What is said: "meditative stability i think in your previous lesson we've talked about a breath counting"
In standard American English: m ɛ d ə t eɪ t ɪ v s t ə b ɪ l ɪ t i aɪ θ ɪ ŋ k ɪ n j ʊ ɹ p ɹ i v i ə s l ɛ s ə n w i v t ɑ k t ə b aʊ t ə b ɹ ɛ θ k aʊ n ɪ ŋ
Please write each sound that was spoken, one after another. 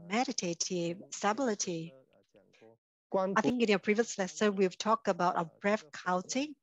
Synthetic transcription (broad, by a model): m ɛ d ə t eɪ t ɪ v s t ə b ɪ l ɪ t i aɪ θ ɪ ŋ k ɪ n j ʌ p ɹ i v i ə s l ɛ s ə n w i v t ɑ k t ə b aʊ t ə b ɹ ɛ f k aʊ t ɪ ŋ